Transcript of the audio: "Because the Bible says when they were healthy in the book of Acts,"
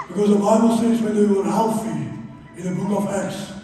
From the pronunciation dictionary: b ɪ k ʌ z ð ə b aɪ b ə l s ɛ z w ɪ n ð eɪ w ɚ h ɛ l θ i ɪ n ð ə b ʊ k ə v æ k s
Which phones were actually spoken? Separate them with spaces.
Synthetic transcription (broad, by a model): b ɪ k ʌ z ð ə b aɪ b ə l s ɛ z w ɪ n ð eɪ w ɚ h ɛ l f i ɪ n ð ə b ʊ k ə v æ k s